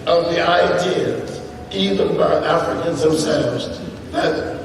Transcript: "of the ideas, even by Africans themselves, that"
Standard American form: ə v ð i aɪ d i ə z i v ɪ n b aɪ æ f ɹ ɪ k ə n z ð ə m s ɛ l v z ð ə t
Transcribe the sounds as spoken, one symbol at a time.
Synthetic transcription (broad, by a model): ə v ð i aɪ d i ə z i v ɪ n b aɪ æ f ɹ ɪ k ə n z ð ə m s ɛ l v z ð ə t